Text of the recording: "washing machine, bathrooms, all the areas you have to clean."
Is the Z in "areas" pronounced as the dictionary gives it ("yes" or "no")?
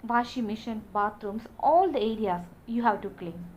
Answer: no